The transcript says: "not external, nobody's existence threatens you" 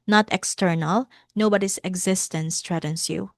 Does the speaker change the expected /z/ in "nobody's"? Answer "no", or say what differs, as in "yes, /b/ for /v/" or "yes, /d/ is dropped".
yes, /s/ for /z/